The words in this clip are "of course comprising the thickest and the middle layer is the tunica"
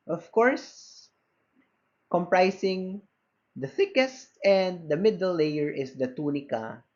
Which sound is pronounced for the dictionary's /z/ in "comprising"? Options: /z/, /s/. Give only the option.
/s/